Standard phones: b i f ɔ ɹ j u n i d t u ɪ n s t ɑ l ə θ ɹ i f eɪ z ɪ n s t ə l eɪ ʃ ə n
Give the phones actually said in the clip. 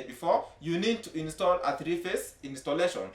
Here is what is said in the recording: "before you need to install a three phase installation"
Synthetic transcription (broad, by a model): b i f ɔ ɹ j u n i d t u ɪ n s t ɑ l ə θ ɹ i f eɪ s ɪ n s t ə l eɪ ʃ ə n